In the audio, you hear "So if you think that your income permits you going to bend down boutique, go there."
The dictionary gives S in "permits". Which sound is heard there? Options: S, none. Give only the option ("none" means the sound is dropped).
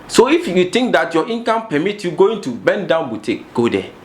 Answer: none